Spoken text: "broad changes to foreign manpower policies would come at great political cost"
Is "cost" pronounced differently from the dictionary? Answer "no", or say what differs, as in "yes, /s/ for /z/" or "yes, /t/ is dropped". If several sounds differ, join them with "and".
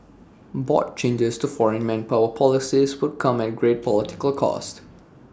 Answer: no